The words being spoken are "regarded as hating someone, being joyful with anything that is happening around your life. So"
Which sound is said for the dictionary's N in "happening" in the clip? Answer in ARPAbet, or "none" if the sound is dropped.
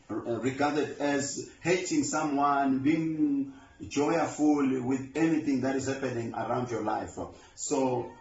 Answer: N